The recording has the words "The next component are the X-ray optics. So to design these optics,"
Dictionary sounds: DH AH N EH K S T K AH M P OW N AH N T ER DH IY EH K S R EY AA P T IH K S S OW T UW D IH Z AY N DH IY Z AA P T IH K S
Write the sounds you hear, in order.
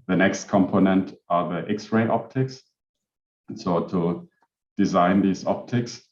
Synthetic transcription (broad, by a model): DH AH N EH K S T K AH M P OW N AH N T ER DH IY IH K S R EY AA P T IH K S S OW T UW D IH Z AY N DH IY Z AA P T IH K S